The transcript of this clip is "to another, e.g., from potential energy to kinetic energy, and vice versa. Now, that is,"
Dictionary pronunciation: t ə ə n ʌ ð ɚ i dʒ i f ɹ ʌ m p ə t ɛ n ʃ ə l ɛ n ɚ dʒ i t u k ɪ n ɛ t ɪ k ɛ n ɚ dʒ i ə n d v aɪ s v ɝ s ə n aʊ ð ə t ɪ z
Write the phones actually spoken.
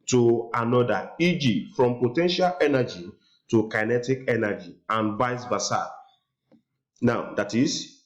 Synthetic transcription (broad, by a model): t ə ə n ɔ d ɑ i dʒ i f ɹ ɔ m p ə t ɛ n ʃ ə l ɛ n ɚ dʒ i t u k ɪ n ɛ t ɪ k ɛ n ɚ dʒ i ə n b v aɪ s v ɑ s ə n aʊ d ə t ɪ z